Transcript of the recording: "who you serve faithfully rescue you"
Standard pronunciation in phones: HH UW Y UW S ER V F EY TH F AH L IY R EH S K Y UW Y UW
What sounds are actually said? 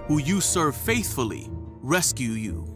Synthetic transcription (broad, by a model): HH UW Y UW S ER V F EY TH F AH L IY R EH S K Y UW Y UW